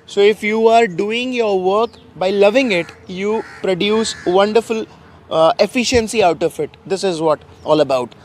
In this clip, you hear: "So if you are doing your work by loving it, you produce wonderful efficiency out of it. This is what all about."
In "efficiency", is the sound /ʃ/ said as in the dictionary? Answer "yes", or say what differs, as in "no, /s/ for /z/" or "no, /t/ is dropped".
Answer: yes